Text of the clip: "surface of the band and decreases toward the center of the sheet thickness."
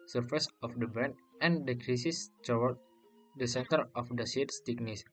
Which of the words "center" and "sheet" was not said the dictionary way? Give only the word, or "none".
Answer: sheet